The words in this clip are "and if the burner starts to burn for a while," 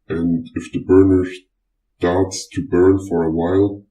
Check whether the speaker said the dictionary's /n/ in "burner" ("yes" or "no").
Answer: yes